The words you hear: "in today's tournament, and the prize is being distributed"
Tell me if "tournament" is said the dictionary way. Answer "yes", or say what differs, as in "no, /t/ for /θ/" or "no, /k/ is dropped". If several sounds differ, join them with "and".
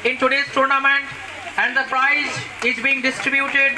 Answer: yes